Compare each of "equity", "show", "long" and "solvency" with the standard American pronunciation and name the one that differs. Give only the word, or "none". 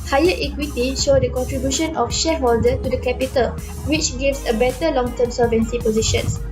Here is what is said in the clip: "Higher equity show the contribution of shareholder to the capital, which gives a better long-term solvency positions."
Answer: solvency